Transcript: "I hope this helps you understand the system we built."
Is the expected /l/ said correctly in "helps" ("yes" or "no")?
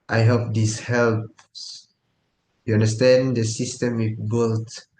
yes